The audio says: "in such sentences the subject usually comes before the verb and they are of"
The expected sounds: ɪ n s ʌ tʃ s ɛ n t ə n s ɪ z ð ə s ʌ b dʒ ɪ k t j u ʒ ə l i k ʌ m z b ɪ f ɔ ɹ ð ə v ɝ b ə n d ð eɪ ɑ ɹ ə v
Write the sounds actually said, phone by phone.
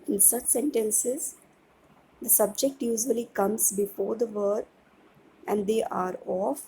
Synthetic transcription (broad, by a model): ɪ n s ʌ tʃ s ɛ n t ə n s ɪ z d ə s ʌ b dʒ ɪ k t j u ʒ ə l i k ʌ m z b ɪ f ɔ ɹ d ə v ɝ ə n d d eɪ ɑ ɹ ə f